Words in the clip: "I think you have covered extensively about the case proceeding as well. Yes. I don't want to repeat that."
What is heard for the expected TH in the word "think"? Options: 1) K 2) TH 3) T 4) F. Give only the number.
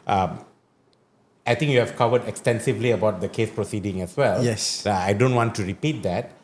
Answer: 3